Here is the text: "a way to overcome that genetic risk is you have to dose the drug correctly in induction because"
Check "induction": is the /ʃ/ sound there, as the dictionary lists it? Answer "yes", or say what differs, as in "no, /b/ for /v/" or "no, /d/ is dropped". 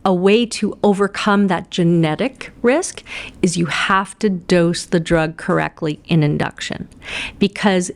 yes